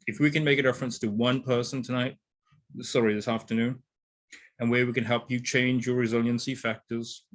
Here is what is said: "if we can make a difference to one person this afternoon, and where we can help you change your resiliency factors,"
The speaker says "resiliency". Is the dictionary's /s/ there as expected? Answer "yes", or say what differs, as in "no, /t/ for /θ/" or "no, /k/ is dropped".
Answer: yes